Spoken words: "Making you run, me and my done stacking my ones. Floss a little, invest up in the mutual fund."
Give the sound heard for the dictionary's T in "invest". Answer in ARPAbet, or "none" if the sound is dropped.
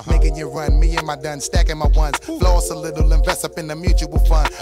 none